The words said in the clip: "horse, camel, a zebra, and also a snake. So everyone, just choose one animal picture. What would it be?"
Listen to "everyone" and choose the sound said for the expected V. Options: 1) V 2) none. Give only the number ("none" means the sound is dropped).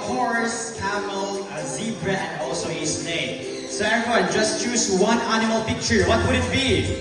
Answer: 2